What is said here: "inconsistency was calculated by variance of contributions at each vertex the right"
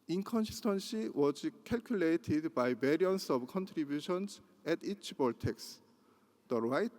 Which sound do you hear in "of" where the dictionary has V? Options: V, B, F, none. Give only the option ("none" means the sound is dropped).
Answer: B